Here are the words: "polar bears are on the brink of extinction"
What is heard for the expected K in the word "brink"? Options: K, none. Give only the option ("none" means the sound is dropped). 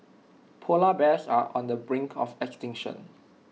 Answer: K